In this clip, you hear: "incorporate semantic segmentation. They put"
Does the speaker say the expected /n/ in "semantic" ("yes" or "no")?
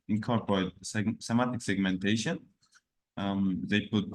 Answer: no